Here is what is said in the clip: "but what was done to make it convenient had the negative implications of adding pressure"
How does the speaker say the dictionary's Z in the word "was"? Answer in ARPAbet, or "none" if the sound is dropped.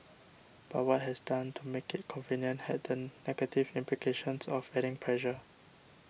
S